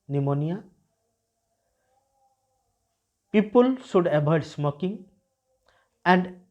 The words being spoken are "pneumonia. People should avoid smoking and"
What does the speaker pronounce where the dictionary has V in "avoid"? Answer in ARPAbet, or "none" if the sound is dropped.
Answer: B